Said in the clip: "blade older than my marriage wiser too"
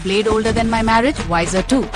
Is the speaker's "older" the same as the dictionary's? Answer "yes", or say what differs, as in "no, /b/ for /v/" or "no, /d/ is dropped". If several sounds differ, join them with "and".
yes